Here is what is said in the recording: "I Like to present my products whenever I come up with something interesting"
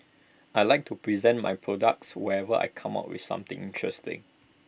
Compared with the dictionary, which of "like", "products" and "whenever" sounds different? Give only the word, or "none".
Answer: whenever